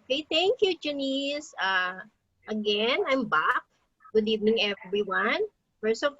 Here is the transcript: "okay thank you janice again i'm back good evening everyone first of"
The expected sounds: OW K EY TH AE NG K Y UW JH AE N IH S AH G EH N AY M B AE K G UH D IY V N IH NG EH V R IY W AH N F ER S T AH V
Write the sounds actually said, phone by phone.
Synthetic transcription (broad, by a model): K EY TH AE NG K Y UW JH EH N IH S AH G EH N AY M B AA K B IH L IY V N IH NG EH V R IY W AH N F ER S AH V